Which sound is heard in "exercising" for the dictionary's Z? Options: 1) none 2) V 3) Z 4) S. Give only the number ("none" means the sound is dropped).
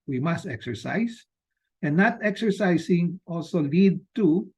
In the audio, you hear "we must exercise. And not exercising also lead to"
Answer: 4